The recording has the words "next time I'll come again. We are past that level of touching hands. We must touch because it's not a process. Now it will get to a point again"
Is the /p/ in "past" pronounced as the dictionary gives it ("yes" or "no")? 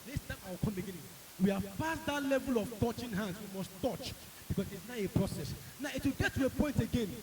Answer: no